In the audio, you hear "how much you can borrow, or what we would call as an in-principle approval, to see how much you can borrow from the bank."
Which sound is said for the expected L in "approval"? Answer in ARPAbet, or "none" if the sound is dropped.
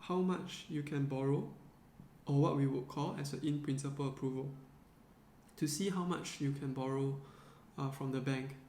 L